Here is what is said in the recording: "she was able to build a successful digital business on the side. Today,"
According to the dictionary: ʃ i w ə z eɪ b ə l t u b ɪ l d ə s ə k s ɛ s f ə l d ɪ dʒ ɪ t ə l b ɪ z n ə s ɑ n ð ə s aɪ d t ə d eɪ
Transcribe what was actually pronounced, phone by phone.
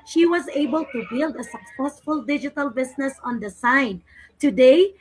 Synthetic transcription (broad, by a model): ʃ i w ə z eɪ b ə l t u b ɪ l d ə s ə k s ɛ s f ə l d ɪ dʒ ɪ t ə l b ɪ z n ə s ɑ n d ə s aɪ d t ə d eɪ